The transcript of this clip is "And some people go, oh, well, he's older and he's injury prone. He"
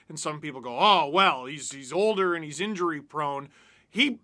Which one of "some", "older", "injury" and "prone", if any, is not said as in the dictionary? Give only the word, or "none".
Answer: none